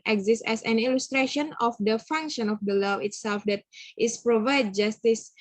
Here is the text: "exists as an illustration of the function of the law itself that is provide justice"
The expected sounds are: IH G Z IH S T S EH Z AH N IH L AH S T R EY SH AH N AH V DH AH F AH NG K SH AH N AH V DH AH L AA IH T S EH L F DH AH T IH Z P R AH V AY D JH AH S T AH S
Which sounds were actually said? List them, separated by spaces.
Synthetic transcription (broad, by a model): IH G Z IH S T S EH S AH N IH L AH S T R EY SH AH N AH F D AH F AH NG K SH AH N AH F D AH L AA IH T S EH L F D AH T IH S P R AH V AY D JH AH S T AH S